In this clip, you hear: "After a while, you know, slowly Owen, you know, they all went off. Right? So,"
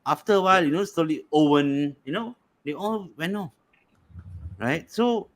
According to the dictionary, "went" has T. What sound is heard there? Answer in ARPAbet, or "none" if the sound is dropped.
none